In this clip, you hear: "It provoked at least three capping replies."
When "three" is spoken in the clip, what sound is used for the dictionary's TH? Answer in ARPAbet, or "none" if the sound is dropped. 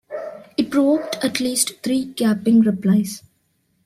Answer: T